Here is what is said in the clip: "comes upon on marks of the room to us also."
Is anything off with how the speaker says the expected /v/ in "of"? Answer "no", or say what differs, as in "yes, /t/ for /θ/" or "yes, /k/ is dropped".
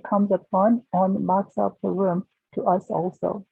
yes, /p/ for /v/